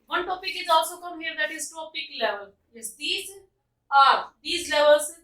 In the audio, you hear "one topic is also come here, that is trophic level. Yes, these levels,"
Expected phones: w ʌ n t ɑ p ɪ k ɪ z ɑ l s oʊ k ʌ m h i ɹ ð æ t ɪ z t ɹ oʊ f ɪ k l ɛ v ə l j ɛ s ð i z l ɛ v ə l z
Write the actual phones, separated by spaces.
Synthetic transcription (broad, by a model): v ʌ n t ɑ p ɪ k ɪ z ɑ l s oʊ k ʌ m h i ɹ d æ t ɪ z t oʊ p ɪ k l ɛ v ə l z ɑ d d i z l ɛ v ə l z